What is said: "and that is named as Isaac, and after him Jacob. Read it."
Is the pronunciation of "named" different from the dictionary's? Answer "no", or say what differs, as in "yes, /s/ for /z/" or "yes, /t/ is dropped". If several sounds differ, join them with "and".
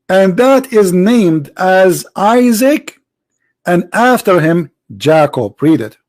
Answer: no